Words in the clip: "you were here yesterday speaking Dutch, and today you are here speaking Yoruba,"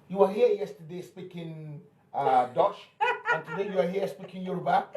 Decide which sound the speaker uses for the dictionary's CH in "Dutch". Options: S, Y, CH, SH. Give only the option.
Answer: SH